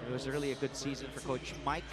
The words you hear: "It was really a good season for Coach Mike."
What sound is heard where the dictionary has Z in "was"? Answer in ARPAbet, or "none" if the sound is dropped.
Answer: Z